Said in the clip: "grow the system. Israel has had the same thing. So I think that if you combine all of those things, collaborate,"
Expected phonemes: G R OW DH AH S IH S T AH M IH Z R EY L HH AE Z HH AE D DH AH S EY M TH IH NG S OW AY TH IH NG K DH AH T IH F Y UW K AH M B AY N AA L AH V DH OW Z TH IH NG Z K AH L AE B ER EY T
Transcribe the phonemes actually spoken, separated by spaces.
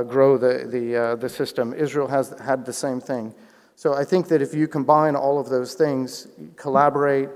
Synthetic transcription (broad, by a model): G R OW DH AH S IH S T AH M IH Z R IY L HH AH Z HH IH D DH AH S EY M TH IH NG S OW AY TH IH NG K DH AH T IH F Y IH K AH M B AY N AA L AH V DH OW Z TH IH NG Z K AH L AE B ER EY T